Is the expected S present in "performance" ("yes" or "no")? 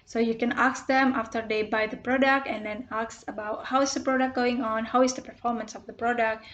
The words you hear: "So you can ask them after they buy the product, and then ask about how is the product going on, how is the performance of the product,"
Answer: yes